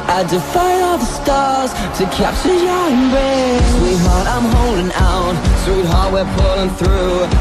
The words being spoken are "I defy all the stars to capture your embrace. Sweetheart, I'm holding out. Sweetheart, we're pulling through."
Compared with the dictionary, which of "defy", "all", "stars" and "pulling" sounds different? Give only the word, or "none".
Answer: none